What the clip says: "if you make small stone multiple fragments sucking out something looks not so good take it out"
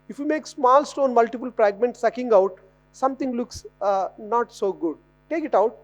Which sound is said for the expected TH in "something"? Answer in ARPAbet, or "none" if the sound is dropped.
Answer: T